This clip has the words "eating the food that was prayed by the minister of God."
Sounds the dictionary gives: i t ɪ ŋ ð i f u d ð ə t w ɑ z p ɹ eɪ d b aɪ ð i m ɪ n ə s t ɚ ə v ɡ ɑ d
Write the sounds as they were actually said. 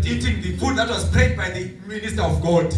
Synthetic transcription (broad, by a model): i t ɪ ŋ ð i p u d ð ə t w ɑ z p eɪ d b aɪ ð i m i n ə s t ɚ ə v ɡ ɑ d